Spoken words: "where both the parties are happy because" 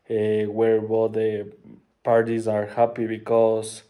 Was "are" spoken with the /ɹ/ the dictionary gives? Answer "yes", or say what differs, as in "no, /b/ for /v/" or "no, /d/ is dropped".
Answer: yes